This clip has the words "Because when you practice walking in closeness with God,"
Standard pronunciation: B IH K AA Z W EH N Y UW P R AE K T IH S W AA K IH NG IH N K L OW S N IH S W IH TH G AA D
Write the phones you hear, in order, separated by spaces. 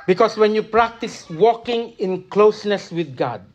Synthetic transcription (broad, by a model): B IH K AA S W EH N Y UW P R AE K T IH S W AA K IH NG IH N K L OW S N IH S W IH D G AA D